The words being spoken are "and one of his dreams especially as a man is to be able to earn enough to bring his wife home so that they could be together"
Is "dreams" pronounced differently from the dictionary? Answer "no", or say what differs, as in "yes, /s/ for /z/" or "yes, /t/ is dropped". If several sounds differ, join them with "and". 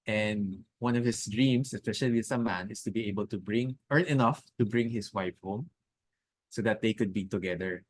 yes, /s/ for /z/